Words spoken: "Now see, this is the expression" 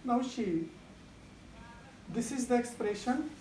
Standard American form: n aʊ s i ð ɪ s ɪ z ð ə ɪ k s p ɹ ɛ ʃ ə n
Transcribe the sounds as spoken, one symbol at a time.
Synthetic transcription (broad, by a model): n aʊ ʃ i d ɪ s ɪ z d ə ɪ k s p ɹ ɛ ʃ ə n